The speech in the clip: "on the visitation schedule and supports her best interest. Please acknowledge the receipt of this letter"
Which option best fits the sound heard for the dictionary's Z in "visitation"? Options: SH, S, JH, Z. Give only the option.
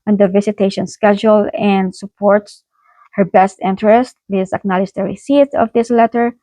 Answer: S